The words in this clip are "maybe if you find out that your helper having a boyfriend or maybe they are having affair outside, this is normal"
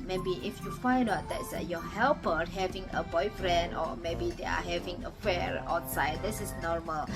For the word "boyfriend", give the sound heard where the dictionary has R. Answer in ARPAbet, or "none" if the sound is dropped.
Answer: R